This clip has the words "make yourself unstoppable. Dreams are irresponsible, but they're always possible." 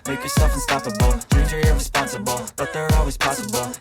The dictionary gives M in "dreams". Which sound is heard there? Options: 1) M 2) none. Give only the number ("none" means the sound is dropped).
2